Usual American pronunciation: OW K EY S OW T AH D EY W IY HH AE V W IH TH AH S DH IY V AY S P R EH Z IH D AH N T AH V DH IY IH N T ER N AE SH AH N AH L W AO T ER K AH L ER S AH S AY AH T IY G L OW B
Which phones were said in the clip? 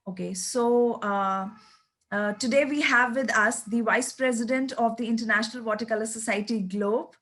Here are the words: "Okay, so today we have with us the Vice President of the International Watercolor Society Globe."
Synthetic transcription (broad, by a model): OW K EY S OW T AH D EY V IY HH AE V IH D AH S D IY V AY S P R EH Z IH D AH N T AH V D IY IH N T ER N AE SH AH N AH L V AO T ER K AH L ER S AH S AY AH T IY G L OW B